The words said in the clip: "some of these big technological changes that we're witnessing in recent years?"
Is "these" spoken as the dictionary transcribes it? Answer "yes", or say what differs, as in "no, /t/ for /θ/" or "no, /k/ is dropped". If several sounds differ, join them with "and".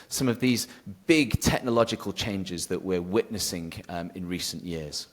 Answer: yes